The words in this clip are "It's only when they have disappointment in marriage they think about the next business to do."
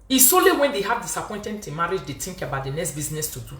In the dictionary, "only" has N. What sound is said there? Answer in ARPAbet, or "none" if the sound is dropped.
none